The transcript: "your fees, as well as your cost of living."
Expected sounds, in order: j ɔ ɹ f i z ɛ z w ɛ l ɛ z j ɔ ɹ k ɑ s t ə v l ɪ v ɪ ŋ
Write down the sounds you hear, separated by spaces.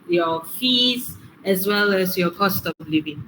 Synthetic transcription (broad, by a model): j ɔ f i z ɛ s w ɛ l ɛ s j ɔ k ɑ s t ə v l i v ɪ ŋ